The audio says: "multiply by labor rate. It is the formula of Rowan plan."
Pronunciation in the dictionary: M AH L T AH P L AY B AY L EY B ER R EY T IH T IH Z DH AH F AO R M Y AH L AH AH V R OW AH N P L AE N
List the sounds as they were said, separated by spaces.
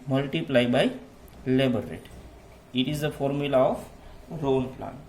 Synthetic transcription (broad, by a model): M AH L T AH P L AY B AY L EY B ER R EY T IH T IH Z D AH F AO R M Y AH L AH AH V R OW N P L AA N